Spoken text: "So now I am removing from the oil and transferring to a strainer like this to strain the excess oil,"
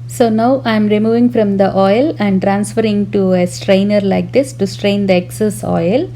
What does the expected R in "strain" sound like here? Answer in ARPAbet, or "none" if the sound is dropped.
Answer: R